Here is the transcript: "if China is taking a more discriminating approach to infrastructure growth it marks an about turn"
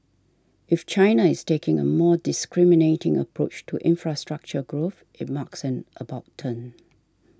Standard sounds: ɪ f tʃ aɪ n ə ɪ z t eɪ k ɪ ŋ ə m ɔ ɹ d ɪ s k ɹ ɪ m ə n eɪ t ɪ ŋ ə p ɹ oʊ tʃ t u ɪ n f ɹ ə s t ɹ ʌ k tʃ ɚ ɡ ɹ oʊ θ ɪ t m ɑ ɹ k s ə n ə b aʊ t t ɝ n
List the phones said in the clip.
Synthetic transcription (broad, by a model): ɪ f tʃ aɪ n ə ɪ s t eɪ k ɪ ŋ ə m ɔ d ɪ s k ɹ ɪ m ə n eɪ t ɪ ŋ ə p ɹ oʊ tʃ t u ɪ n f ɹ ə s t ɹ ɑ k tʃ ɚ ɡ ɹ oʊ θ ɪ t m ɑ k s ə n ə b aʊ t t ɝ n